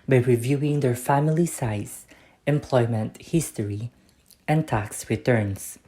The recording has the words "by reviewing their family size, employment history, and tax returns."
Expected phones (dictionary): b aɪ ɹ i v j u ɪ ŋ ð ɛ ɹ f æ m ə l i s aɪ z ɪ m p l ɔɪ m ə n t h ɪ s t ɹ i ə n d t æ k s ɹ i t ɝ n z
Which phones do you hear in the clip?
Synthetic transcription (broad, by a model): b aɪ ɹ i v j u ɪ ŋ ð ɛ ɹ f æ m ə l i s aɪ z ɪ m p l ɔɪ m ə n t h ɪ s t ɹ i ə n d t æ k s ɹ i t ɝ n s